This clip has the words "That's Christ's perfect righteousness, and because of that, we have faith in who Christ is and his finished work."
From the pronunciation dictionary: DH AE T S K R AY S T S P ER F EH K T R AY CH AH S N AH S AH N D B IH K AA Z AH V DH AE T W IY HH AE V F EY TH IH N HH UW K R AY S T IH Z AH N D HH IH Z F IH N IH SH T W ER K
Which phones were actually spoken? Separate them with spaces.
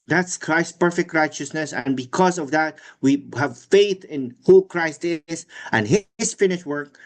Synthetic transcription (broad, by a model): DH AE T S K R AY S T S P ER F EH K T R AY CH AH S N AH S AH N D B IH K AA Z AH V DH AE T W IY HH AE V F EY TH IH N HH UW K R AY S T IH Z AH N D HH IH Z F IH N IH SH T W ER K